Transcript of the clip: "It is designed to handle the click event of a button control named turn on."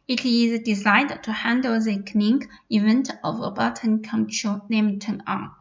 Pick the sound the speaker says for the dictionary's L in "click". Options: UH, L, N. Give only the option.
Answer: N